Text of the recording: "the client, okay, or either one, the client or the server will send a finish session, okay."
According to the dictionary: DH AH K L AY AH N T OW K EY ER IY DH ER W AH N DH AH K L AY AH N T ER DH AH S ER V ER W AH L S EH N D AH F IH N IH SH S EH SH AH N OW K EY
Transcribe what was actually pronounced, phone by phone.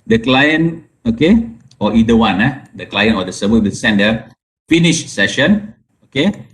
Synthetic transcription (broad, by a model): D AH K L AY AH N OW K EY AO IY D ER W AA N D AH K L AY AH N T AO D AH S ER B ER W AH L S EH N D AH F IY N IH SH S EH SH AH N OW K EY